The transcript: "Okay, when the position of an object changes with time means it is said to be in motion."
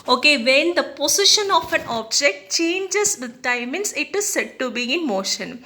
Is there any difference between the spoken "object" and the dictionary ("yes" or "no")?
no